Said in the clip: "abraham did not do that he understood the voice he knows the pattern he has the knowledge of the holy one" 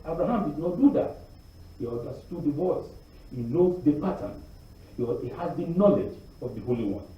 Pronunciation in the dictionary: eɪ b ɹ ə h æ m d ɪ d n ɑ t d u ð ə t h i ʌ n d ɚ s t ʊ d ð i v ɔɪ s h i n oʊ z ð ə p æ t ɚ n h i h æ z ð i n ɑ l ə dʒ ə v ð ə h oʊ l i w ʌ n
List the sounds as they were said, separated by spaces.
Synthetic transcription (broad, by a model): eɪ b ɹ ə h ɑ m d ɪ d n ɑ t d u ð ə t h i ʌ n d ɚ s t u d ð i v ɔɪ s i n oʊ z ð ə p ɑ t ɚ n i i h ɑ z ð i n ɑ l ə dʒ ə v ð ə h oʊ l i w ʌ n